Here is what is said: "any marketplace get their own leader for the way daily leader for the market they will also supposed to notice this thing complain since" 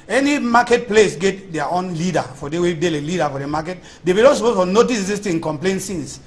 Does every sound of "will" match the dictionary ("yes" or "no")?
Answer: no